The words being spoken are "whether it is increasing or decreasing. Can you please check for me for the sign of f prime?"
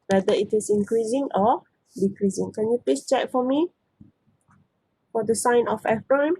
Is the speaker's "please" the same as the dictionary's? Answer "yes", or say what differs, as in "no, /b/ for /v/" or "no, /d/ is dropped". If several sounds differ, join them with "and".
no, /l/ is dropped and /s/ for /z/